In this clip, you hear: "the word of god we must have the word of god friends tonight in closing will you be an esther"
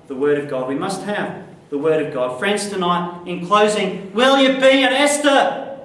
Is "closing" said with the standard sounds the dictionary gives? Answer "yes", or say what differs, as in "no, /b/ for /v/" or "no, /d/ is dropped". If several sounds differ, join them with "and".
yes